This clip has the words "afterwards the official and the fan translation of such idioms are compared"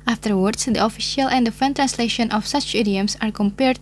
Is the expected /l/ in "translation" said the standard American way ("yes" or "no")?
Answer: yes